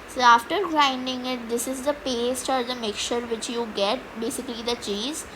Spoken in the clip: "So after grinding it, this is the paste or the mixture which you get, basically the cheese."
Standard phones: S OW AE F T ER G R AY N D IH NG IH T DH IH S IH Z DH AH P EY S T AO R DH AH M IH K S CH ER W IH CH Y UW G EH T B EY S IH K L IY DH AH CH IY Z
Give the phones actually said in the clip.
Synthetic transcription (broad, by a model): S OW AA F T ER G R AY N D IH NG IH T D IH S IH Z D AH P EY S T AO R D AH M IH K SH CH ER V IH CH Y UW G EH T B EY S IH K L IY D AH CH IY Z